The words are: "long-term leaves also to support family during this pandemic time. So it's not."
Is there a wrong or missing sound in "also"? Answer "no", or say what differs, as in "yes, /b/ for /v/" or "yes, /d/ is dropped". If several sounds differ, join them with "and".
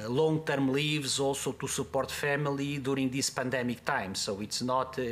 yes, /l/ is dropped